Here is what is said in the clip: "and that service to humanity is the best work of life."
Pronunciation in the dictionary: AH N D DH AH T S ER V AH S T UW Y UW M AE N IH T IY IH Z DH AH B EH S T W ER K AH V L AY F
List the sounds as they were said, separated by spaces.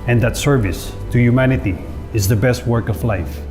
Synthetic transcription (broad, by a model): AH N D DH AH T S ER V AH S T UW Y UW M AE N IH T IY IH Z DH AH B EH S T W ER K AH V L AY F